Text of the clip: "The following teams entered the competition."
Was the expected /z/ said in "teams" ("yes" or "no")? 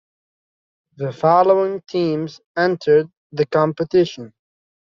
yes